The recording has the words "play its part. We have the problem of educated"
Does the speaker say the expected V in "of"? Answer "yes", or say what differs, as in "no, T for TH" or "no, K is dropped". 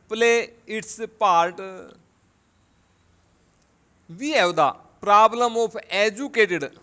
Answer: no, P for V